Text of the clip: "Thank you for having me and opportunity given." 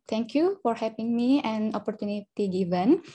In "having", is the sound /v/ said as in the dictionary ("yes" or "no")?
no